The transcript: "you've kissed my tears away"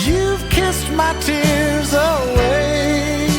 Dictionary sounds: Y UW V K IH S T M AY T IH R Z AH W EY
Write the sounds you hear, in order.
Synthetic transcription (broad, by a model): Y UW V K IH S T M AY T IH R Z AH W EY